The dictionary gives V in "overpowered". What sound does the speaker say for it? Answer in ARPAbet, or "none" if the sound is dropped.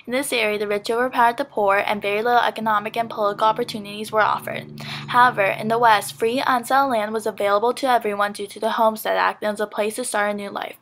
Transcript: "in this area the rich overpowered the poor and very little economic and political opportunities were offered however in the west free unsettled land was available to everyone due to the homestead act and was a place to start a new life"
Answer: none